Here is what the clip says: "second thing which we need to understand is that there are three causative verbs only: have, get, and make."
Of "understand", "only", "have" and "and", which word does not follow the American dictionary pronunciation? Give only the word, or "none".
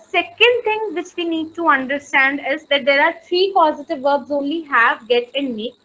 none